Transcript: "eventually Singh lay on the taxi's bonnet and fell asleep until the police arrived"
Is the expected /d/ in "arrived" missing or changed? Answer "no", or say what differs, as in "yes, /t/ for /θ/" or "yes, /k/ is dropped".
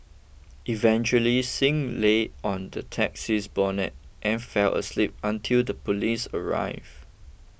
yes, /d/ is dropped